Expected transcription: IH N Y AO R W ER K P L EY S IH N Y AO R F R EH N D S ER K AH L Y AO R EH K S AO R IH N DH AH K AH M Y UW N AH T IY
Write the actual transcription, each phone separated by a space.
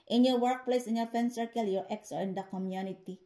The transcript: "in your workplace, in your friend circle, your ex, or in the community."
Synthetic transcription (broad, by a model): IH N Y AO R W ER K P L EY S IH N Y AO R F EH N S ER K AH L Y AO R EH K S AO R IH N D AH K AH M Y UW N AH T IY